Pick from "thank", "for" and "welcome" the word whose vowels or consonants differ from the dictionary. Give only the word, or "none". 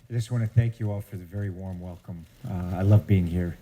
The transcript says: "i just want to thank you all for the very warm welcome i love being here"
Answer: none